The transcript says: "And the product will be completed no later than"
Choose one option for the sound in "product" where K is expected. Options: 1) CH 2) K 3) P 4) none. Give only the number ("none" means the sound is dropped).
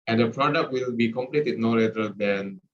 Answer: 2